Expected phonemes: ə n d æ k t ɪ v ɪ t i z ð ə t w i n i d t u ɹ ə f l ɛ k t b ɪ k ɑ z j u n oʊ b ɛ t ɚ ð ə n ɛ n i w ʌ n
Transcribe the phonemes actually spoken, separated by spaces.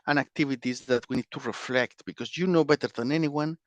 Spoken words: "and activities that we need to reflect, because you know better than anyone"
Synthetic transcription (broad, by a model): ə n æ k t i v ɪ t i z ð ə t w i n i d t u ɹ ə f l ɛ k t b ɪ k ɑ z j u n oʊ b ɛ t ɚ ð ə n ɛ n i w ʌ n